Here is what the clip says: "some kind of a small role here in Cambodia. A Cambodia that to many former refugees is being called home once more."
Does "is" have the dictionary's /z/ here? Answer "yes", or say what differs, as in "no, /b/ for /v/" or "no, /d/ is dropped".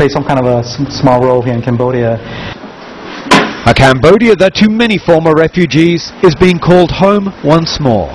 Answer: yes